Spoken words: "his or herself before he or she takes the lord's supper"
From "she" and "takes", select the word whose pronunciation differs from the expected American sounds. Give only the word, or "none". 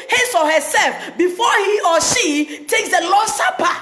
none